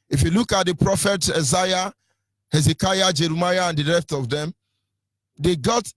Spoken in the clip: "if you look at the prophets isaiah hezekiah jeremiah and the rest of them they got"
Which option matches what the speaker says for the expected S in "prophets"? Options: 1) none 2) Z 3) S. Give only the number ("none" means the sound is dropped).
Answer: 1